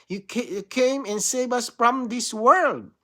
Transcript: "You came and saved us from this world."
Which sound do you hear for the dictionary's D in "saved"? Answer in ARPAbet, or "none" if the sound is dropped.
none